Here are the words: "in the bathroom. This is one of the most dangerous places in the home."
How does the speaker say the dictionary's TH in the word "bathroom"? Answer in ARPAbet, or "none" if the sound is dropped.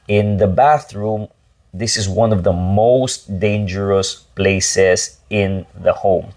TH